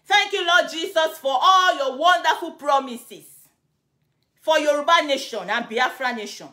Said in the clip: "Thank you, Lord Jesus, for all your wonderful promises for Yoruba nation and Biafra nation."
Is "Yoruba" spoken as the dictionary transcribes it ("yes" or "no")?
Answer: yes